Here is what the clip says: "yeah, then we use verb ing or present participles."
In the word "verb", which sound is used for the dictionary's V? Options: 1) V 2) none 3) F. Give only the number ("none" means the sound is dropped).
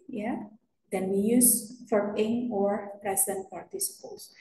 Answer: 3